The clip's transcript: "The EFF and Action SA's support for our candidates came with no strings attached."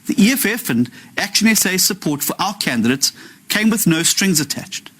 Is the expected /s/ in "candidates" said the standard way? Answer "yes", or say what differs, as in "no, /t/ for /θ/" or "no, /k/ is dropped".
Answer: yes